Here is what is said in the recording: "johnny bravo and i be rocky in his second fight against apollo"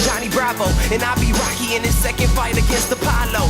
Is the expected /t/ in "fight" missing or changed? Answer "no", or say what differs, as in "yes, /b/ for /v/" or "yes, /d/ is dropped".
no